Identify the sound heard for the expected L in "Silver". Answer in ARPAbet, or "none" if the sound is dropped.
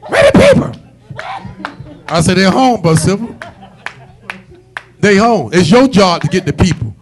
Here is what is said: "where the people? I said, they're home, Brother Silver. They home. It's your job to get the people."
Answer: none